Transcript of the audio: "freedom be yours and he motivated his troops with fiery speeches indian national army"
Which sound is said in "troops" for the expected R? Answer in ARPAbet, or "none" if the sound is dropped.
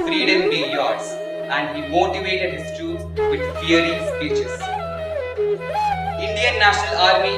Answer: none